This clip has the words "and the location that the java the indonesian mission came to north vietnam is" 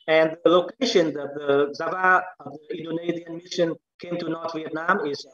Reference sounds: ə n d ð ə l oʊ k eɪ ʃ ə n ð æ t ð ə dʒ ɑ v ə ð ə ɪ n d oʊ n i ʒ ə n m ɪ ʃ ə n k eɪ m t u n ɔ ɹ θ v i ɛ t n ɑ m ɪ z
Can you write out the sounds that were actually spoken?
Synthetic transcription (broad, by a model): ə n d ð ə l oʊ k eɪ ʃ ə n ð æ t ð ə z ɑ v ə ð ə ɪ n d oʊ n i z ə n m ɪ ʃ ə n k eɪ m t u n ɔ ɹ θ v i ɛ t n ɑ m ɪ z